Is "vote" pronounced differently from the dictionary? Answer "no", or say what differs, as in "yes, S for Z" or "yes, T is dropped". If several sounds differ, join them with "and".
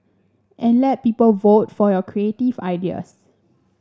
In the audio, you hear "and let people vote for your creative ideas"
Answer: no